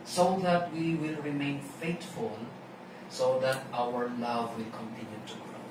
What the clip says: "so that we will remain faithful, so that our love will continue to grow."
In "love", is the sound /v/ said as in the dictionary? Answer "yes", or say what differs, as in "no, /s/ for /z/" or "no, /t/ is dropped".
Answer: yes